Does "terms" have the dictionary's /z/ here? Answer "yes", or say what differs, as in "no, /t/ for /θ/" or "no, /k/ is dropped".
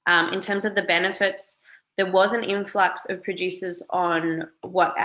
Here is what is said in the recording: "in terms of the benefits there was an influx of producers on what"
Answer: yes